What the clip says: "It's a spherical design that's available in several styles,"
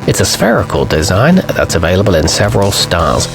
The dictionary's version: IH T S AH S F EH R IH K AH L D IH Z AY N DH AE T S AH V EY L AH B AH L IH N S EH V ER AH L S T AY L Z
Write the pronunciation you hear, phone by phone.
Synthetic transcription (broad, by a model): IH T S AH S F EH R IH K AH L D IH Z AY N DH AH T S AH V EY L AH B AH L IH N S EH V ER AH L S T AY L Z